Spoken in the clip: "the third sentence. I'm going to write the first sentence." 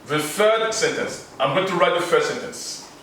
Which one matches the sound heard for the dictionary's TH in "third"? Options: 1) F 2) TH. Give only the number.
1